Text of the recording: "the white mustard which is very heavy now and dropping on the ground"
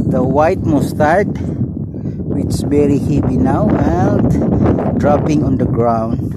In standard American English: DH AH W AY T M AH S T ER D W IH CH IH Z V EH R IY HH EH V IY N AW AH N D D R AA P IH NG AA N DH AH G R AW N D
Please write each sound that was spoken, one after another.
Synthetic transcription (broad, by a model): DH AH W AY T M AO S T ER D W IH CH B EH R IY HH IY B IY N AW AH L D D R AA P IH NG AA N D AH G R AW N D